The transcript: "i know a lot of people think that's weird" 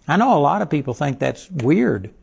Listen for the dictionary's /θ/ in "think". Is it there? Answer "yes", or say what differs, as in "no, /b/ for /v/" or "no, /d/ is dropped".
yes